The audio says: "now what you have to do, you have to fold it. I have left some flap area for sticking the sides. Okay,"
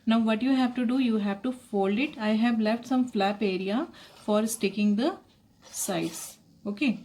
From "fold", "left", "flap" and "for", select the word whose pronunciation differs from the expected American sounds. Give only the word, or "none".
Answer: none